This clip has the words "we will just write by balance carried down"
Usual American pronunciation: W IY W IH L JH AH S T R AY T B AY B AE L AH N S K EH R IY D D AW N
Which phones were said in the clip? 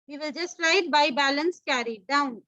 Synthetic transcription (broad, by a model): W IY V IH L JH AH S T L AY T B AY B AE L AH N S K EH R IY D D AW N